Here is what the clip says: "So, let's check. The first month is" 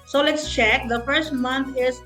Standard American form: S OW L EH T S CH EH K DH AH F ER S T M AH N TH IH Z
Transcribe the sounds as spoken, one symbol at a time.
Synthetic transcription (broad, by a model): S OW L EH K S CH EH K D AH F ER S T M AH N T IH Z